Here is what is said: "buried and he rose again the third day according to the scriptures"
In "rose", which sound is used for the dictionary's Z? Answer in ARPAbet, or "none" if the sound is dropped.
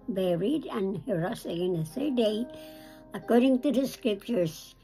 S